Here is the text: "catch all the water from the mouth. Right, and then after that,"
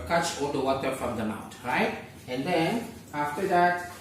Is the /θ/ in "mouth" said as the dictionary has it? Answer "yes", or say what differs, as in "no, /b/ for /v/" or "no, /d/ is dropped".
no, /t/ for /θ/